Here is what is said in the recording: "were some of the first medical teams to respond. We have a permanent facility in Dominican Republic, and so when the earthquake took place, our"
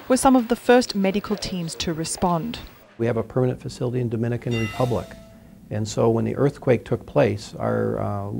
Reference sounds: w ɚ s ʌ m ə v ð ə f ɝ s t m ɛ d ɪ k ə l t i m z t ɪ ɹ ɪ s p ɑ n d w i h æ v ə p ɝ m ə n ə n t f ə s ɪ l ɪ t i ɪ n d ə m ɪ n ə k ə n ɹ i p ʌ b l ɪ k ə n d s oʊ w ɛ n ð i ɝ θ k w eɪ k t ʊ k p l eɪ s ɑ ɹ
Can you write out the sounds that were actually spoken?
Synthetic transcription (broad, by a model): w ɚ s ʌ m ə v ð ə f ɝ s t m ɛ d ɪ k ə l t i m z t ɪ ɹ ɪ s p ɑ n d w i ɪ v ə p ɝ m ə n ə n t f ə s ɪ l ɪ t i ɪ n d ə m ɪ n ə k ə n ɹ i p ʌ b l ɪ k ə n s oʊ w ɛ n ð i ɝ θ k w eɪ k t ʊ k p l eɪ s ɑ ɹ